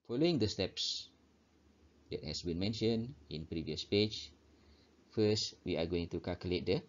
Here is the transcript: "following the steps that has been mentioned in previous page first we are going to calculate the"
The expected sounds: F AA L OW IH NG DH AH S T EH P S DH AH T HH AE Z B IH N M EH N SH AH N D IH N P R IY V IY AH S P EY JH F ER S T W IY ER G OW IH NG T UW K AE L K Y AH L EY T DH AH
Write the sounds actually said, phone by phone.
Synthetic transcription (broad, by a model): F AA L OW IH NG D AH S T EH P S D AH T HH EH S B IH N M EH N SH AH N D IH N P R IY V IY AH S P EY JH F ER S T W IY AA G OW IH NG T UW K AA L K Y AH L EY T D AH